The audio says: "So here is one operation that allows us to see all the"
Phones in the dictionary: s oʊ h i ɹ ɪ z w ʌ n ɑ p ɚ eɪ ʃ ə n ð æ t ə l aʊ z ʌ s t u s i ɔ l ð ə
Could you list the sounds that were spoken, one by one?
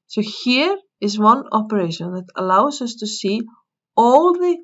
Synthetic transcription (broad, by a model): s oʊ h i ɹ ɪ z w ʌ n ɑ p ɚ eɪ ʃ ə n ð æ t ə l aʊ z ʌ s t u s i ɔ l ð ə